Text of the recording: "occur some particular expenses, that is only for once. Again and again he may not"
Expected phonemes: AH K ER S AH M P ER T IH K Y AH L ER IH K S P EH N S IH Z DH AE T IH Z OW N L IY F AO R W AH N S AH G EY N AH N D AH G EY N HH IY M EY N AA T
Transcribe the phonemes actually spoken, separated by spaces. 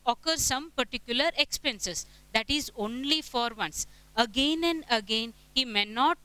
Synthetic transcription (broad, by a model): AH K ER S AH M P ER T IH K Y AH L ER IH K S P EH N S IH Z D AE T IH Z OW N L IY F AO R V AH N S AH G EY N AH N D AH G EY N HH IY M EY N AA T